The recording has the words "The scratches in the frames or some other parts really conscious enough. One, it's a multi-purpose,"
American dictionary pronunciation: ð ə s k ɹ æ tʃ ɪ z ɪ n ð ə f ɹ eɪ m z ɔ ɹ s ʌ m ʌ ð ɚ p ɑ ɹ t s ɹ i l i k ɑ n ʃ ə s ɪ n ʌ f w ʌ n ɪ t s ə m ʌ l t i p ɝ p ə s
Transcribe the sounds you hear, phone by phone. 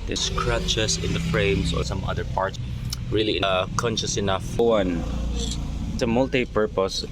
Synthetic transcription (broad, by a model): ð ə s k ɹ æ tʃ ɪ s ɪ n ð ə f ɹ eɪ m s ɔ ɹ s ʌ m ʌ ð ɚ p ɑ ɹ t ɹ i l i k ɑ n ʃ ə s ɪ n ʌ f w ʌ n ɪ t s ə m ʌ l t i p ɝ p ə s